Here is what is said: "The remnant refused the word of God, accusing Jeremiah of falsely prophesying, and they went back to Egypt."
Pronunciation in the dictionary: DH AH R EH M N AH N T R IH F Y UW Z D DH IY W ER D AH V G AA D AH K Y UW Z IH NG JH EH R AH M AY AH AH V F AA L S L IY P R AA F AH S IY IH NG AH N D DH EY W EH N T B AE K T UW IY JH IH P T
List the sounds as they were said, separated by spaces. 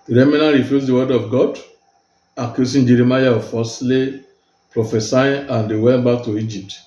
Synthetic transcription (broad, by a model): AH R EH M AH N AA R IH F Y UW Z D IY W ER D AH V G AA D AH K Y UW S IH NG JH EH R AH M AY AH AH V F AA S L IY P R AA F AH S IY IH AH N D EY W EH N T B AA K T UW IY JH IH P T